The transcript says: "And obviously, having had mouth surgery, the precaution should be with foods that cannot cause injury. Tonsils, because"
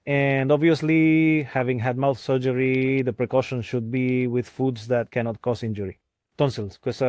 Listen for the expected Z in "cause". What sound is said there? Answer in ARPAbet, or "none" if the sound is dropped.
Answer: S